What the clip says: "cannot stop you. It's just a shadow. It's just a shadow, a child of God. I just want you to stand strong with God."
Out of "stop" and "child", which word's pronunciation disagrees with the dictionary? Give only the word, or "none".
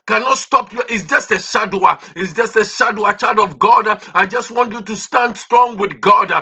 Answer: child